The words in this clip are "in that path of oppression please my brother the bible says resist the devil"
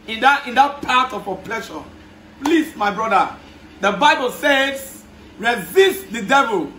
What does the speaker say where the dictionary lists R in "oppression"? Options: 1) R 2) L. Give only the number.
2